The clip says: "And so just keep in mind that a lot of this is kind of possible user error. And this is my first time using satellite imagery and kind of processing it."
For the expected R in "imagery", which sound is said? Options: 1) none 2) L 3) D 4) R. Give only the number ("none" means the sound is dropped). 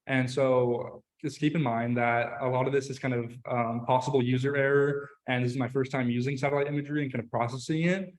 4